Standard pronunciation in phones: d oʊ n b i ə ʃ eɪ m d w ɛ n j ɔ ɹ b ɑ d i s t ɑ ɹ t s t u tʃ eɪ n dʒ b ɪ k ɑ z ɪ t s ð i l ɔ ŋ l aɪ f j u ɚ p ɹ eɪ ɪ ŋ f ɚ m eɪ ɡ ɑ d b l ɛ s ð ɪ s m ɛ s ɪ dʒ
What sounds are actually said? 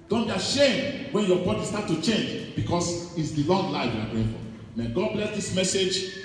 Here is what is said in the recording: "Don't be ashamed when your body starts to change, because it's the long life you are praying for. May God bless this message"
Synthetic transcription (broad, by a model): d oʊ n b i ə ʃ eɪ m d w ɛ n j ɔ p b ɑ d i s t ɑ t t u tʃ eɪ n dʒ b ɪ k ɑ s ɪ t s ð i l ɔ ŋ l aɪ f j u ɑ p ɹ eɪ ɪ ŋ f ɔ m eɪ ɡ ɑ d b l ɛ s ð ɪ s m ɛ s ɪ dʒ